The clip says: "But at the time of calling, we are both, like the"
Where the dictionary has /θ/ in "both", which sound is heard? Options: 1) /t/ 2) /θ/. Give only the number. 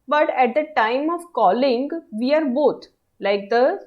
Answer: 1